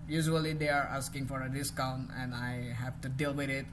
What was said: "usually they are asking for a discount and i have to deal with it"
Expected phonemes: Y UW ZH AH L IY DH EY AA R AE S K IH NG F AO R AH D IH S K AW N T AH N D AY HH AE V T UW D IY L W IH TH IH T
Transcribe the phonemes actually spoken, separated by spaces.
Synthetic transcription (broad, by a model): Y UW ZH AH L IY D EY AA R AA S K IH NG F AO R AH D IH S K AW N T AH N D AY HH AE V T UW D IY L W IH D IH T